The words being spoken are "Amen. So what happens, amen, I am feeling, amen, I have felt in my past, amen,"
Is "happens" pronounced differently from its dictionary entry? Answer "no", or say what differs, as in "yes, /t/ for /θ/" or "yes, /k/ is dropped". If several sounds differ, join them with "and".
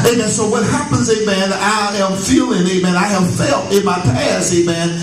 no